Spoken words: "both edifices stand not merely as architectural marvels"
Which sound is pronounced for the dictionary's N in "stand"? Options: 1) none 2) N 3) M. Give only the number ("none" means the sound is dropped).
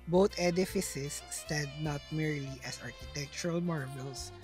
1